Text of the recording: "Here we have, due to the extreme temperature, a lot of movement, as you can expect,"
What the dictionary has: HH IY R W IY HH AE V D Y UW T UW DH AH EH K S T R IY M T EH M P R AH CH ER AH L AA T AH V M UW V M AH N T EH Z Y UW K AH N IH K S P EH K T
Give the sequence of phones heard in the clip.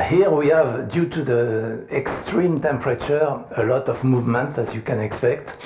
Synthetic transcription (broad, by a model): HH IY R W IY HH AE V D Y UW T UW DH AH EH K S T R IY M T EH M P R AH CH ER AH L AA T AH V M UW V M AH N T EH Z Y UW K AH N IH K S P EH K T